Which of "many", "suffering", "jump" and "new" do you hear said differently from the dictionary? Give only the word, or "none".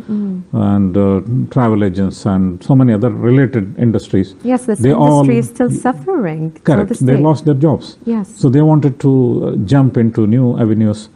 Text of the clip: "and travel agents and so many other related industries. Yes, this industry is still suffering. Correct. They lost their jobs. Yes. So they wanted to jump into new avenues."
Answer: none